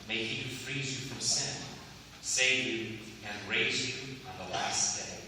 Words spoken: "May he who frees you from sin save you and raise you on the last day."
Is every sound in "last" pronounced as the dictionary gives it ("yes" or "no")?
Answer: yes